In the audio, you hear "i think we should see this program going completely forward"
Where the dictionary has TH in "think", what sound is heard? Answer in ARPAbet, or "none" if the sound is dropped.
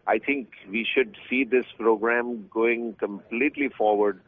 T